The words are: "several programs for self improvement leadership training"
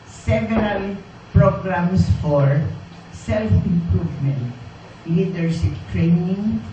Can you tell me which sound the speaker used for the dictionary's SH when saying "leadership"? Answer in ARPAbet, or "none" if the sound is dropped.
S